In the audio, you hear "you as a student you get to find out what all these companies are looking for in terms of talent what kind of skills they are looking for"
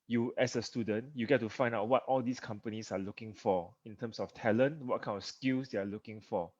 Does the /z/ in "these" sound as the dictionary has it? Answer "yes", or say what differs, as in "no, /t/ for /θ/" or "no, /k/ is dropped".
no, /s/ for /z/